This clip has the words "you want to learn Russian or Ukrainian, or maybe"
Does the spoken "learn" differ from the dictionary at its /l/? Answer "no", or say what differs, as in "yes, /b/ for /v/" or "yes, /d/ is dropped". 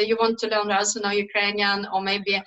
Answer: no